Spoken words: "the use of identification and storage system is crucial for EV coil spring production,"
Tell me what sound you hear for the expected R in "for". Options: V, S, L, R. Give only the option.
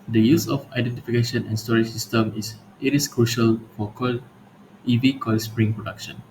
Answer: L